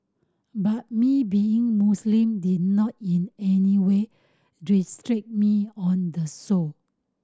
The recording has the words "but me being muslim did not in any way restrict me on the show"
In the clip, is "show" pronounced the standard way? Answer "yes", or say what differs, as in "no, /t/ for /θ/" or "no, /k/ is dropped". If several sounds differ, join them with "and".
no, /s/ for /ʃ/